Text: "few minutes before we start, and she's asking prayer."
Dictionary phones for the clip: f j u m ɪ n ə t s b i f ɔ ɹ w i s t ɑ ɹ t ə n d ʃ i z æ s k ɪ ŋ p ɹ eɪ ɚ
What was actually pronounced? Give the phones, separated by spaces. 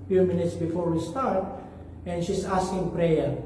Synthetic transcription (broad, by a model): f j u m ɪ n ə t s b i f ɔ ɹ w i s t ɑ ɹ t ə n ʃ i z æ s k ɪ ŋ p ɹ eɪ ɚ